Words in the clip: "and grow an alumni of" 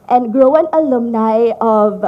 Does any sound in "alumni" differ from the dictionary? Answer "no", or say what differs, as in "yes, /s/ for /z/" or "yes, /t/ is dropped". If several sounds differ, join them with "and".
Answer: no